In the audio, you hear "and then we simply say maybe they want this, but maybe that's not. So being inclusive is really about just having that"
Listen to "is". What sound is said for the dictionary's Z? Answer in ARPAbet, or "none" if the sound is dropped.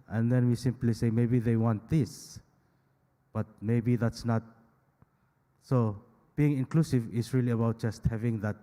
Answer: S